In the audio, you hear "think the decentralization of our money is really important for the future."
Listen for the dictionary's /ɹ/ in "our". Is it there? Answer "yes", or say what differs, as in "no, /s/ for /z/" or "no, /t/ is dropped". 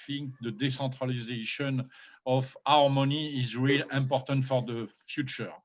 yes